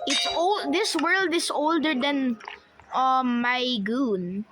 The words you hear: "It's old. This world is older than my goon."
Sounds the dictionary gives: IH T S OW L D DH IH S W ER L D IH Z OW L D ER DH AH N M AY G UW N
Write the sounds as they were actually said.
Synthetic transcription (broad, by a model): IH T S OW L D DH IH S W ER L D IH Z OW L D ER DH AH N M AY G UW N